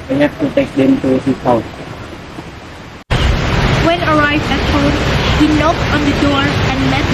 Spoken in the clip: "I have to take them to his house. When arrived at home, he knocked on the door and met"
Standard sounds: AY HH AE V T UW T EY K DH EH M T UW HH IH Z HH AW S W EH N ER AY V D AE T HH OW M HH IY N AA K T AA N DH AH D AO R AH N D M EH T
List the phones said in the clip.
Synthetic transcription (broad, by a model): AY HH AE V T UW T EY K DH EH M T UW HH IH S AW W EH N ER AY V D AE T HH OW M HH IY N AA K T AA N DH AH D AO R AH N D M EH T